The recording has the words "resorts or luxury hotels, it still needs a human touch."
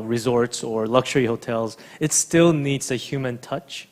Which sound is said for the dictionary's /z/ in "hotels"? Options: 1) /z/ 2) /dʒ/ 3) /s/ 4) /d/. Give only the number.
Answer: 1